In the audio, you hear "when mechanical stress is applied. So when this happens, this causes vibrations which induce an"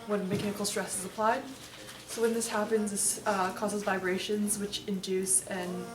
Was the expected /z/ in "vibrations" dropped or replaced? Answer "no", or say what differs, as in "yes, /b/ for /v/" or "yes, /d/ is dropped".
no